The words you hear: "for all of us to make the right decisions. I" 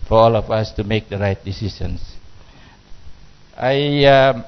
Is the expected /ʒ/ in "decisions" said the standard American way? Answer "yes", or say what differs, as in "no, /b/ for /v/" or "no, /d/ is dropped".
no, /s/ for /ʒ/